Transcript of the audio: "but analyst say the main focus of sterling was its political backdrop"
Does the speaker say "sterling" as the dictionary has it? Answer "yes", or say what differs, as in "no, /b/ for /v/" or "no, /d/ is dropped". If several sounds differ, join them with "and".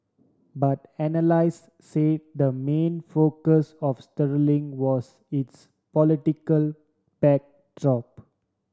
yes